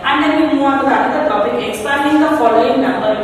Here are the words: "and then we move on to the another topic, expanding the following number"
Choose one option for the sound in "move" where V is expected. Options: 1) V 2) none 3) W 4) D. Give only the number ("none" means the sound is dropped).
2